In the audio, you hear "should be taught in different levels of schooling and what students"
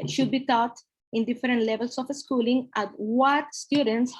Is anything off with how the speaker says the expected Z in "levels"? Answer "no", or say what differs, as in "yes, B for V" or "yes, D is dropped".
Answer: yes, S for Z